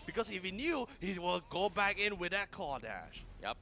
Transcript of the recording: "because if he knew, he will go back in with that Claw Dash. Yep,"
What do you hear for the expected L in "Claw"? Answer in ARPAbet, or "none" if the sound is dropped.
none